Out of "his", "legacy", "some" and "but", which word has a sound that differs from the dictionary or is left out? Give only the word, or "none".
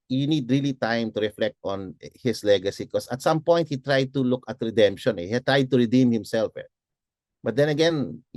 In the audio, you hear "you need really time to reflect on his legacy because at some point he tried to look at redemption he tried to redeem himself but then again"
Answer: his